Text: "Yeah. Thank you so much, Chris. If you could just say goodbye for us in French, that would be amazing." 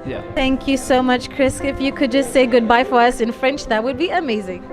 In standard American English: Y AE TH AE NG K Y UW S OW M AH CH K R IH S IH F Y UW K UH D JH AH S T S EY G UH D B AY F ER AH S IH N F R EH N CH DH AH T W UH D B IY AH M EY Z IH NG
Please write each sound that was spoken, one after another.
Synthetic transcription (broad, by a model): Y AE TH AE NG K Y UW S OW M AH CH K R IH S IH F Y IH K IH D JH AH S T S EY G UH D B AY F ER AH S IH N F R EH N CH DH AH T W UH D B IY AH M EY Z IH NG